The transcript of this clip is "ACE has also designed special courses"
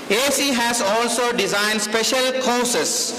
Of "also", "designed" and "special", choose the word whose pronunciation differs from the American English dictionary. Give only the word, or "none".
none